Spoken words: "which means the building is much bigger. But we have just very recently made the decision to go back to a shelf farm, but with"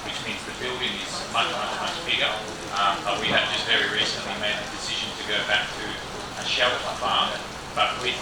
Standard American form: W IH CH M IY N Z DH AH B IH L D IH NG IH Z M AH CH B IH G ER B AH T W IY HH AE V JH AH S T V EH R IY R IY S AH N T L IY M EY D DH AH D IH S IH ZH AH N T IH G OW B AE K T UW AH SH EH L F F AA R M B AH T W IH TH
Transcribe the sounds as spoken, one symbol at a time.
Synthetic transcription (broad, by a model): W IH CH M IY N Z DH AH B IH L D IH NG IH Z M AH CH B IH G ER B AH T W IY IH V JH AH S T V EH R IY R IY S AH N T L IY M EY D DH AH D IH S IH ZH AH N T IH G OW B AE K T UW AH SH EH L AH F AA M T B AH T W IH